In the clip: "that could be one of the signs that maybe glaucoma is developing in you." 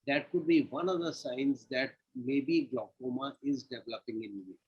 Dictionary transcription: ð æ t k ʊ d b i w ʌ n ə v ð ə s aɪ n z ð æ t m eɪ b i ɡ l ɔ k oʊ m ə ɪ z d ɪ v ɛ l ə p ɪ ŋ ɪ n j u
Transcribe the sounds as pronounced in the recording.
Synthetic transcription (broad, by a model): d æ t k ʊ d b i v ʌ n ə v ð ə s aɪ n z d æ t m eɪ b i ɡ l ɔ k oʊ m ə ɪ z d ɪ v ɛ l ə p ɪ ŋ ɪ n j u